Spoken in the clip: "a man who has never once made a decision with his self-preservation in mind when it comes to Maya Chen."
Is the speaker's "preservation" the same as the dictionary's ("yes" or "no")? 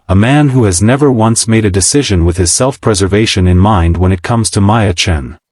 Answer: yes